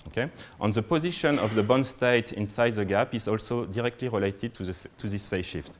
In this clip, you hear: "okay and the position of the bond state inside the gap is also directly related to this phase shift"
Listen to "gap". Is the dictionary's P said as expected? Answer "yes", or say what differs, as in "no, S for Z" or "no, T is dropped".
yes